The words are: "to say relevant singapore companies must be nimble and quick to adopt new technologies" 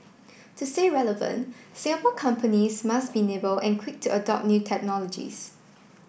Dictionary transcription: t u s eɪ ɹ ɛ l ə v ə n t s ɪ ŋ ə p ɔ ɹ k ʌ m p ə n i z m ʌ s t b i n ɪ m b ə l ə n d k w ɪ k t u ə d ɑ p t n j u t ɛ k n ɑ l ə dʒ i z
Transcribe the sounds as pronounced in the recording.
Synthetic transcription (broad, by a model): t u s eɪ ɹ ɛ l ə v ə n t s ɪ ŋ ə p ɔ k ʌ m p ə n i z m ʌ s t b i n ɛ b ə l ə n k w ɪ k t u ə d ɑ p n j u t ɛ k n ɑ l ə dʒ i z